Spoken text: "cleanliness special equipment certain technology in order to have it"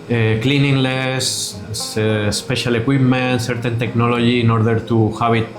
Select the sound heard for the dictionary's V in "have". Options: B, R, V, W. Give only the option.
B